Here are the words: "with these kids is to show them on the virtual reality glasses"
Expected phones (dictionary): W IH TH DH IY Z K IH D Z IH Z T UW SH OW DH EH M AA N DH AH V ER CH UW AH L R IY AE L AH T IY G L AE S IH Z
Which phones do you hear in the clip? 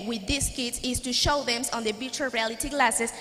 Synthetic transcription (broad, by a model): W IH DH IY S K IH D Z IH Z T UW SH OW DH EH M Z N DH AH B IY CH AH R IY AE L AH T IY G L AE S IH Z